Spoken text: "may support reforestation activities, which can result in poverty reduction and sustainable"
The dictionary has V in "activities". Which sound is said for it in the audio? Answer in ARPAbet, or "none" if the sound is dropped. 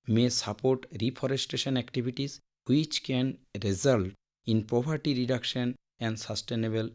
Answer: B